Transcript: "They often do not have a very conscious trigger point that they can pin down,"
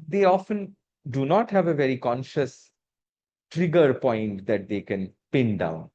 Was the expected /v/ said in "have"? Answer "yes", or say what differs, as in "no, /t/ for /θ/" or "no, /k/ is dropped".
yes